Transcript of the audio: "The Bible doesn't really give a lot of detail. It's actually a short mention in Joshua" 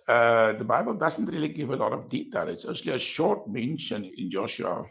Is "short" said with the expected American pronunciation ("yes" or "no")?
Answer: yes